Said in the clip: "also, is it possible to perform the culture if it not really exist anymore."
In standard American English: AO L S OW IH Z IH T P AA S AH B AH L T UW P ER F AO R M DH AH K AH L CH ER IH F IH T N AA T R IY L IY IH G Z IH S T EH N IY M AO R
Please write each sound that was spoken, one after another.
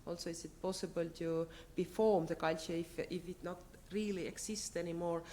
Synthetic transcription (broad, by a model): AO L S OW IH S IH T P AA S AH B AH L T UW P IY F AO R M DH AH K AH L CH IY IH F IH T N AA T R IY L IY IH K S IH S T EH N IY M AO R